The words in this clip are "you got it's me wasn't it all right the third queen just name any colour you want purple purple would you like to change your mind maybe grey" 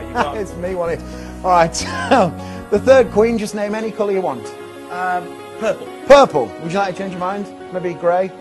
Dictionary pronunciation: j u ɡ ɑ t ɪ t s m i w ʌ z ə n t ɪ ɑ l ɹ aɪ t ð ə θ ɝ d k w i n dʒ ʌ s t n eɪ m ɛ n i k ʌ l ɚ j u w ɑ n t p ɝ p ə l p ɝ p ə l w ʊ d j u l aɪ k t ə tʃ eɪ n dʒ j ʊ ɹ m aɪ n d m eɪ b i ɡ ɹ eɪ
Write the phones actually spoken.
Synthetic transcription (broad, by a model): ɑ ɪ t s m i w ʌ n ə t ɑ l ɹ aɪ t ð ə θ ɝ d k w i n dʒ ʌ s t n eɪ m ɛ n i k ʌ l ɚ j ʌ w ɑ n t p ɝ p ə l p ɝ p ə l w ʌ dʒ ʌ l aɪ k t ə tʃ eɪ n dʒ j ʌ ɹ m aɪ n d m eɪ b i ɡ ɹ eɪ